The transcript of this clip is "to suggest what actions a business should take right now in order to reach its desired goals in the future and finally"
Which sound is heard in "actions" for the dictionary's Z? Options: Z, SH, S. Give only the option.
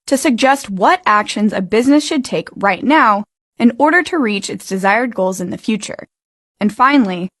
Z